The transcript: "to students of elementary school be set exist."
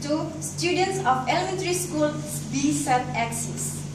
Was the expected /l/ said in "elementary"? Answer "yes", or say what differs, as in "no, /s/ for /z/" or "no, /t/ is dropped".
yes